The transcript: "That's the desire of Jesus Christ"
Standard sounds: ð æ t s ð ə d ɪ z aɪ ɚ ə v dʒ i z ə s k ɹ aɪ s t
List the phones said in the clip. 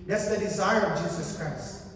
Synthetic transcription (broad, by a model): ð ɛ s ð ə d ɪ z aɪ ɚ ə v dʒ i z ə s k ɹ aɪ s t